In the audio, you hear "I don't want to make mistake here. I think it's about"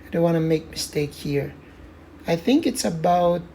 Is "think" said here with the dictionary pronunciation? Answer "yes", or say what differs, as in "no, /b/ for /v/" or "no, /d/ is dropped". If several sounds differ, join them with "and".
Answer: yes